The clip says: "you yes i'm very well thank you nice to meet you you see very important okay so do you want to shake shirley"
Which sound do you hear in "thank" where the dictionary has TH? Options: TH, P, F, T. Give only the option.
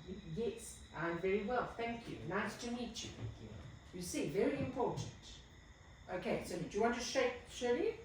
TH